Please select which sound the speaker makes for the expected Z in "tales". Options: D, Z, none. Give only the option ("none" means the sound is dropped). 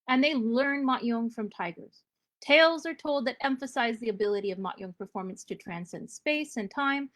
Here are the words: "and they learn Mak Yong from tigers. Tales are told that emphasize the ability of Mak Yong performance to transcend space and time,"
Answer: Z